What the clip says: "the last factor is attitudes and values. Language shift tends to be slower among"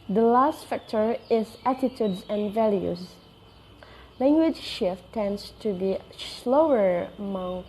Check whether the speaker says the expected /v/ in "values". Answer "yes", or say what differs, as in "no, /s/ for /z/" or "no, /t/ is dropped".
yes